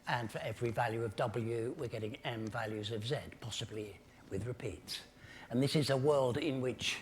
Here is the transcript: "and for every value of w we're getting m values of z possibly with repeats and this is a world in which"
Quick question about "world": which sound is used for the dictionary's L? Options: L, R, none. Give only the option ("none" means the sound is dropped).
L